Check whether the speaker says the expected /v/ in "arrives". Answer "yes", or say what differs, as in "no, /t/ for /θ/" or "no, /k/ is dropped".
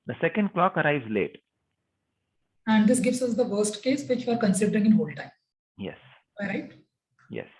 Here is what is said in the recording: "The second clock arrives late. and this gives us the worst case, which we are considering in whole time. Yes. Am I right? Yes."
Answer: yes